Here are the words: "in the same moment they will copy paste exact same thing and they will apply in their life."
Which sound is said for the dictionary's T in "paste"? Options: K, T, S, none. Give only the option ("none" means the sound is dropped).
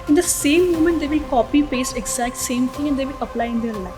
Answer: none